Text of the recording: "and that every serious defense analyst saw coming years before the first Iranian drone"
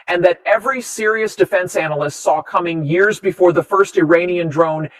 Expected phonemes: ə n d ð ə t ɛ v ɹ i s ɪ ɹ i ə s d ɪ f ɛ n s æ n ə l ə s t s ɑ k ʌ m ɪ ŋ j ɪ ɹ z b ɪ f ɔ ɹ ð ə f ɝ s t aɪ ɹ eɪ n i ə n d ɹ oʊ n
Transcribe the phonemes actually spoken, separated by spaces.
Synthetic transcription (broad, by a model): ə n ð ə t ɛ v ɹ i s ɪ ɹ i ə s d ɪ f ɛ n s æ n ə l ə s t s ɑ k ʌ m ɪ ŋ j ɪ ɹ z b ɪ f ɔ ɹ ð ə f ɝ s t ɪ ɹ eɪ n i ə n d ɹ oʊ n